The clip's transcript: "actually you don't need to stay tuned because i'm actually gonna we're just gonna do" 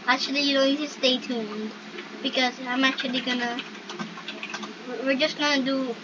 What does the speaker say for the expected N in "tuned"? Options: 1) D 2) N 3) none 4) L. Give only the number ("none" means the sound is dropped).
2